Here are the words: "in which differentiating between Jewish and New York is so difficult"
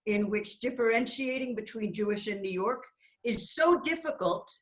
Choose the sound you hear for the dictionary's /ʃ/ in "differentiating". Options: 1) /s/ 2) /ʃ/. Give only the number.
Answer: 2